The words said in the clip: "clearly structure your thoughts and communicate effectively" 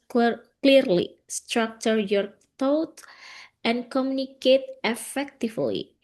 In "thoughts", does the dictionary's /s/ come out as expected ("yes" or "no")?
no